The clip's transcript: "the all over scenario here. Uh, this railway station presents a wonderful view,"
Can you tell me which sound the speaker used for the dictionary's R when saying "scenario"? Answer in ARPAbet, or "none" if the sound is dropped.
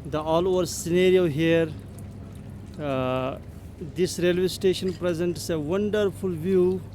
R